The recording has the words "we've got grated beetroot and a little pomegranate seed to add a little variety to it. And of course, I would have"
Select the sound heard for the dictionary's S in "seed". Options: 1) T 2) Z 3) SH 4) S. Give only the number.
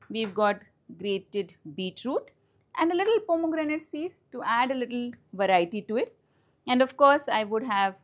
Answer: 4